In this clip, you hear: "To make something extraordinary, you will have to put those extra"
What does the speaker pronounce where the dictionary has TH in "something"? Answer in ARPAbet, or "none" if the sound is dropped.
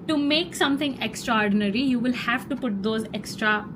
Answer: T